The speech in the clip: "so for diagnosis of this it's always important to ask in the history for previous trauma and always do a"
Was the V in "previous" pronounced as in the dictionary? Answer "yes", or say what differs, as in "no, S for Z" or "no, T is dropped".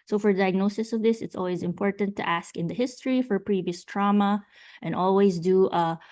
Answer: yes